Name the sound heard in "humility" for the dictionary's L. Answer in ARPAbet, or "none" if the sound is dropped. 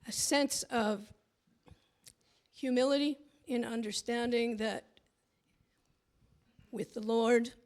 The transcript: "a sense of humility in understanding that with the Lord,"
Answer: L